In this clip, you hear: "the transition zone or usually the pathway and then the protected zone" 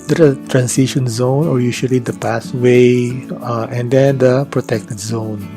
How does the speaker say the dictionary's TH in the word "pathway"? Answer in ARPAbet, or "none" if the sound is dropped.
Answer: S